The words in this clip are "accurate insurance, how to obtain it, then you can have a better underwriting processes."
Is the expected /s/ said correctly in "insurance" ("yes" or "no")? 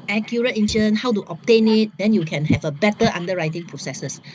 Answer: no